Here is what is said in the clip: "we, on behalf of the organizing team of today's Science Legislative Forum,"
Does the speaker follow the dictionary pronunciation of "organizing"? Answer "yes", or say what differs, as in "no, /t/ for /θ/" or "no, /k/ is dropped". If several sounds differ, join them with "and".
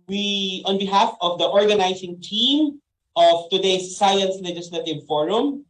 no, /s/ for /z/